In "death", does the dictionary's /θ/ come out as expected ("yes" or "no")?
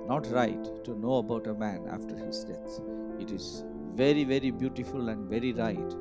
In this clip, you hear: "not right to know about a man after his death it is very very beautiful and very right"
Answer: no